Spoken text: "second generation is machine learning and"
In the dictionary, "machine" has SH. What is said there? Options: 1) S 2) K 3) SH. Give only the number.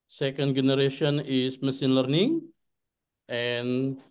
1